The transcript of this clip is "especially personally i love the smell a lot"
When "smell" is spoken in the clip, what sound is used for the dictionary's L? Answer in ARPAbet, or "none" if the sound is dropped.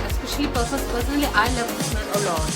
N